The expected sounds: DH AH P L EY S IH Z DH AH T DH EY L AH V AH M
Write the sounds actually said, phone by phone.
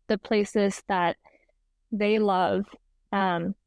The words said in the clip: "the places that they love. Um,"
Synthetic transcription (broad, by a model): DH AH P L EY S IH Z DH AH T DH EY L AH V AH M